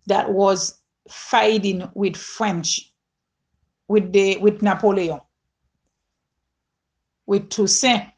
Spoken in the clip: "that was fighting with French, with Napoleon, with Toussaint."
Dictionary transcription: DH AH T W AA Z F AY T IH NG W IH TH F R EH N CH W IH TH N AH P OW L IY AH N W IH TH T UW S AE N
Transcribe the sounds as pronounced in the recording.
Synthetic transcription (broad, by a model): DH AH T W AA Z F AY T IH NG W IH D F R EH N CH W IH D N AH P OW L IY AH W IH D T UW S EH